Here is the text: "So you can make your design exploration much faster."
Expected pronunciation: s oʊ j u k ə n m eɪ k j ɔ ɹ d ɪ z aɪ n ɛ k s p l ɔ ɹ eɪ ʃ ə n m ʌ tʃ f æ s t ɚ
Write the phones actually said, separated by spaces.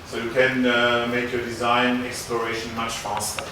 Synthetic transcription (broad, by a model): s oʊ j u k ə n m eɪ k j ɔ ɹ d ɪ z aɪ n ɛ k s p l ɔ ɹ eɪ ʃ ə n m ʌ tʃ f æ s t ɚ